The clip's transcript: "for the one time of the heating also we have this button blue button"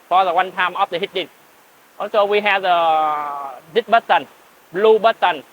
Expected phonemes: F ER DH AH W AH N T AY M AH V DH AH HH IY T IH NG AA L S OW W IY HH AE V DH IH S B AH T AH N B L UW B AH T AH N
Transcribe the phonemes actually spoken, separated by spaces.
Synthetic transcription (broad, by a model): F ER DH AH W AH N T AY M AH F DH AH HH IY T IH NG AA S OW W IY HH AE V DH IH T B AH T AH N B L UW B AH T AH N